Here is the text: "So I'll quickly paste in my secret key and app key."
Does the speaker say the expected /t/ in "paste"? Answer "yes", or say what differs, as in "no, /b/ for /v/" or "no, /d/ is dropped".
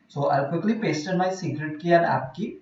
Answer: yes